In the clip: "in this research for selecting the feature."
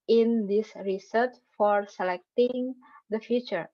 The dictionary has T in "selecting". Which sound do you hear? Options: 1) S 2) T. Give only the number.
2